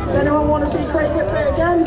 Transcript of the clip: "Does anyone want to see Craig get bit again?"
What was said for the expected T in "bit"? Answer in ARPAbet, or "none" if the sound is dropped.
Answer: none